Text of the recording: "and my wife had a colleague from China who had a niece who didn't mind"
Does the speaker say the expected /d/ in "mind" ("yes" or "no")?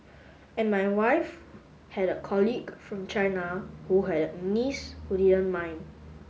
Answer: no